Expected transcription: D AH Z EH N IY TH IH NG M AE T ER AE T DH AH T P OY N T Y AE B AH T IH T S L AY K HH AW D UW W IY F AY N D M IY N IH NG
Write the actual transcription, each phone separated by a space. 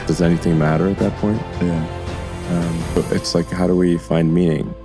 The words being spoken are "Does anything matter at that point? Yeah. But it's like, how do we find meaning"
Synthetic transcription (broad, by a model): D AH Z EH N IY TH IH NG M AE T ER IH T DH AH T P OY N T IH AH B AH T IH T S L AY K HH AW D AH W IY F AY N D M IY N IH NG